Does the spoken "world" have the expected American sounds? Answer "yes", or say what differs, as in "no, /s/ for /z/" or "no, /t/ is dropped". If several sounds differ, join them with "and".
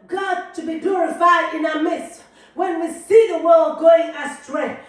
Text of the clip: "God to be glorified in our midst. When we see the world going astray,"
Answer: yes